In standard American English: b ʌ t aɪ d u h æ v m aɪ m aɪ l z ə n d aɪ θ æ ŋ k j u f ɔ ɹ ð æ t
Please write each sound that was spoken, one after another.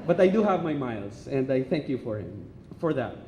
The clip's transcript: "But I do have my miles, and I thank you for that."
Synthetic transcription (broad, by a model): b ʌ t aɪ d u h æ v m aɪ m aɪ l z ə n d aɪ θ æ ŋ k j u f ɔ ɹ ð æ t